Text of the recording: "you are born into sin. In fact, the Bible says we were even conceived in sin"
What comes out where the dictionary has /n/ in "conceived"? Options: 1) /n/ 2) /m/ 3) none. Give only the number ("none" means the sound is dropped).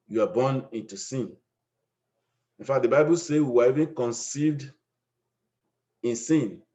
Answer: 1